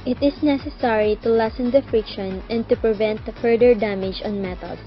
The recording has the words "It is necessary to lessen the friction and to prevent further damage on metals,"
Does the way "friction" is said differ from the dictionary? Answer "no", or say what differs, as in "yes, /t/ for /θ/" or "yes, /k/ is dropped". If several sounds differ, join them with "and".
no